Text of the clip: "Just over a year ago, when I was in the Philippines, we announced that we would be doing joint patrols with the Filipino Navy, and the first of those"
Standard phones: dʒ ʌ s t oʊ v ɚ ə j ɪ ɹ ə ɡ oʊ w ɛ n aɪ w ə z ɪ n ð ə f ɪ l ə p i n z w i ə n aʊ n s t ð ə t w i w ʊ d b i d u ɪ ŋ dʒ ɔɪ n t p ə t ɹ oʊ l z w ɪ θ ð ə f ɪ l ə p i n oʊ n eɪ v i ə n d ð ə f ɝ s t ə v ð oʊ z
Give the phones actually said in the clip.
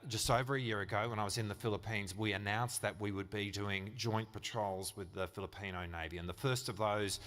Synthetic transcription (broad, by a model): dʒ ʌ s t oʊ v ɚ ə j ɪ ɹ ə ɡ oʊ w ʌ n aɪ w ə z ɪ n ð ə f ɪ l ə p i n z w i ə n aʊ n s ð ə t w i w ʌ d b i d u ɪ ŋ dʒ ɔɪ n p ə t ɹ oʊ l z w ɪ ð ə f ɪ l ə p i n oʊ n eɪ v i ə n ð ə f ɝ s t ə v ð oʊ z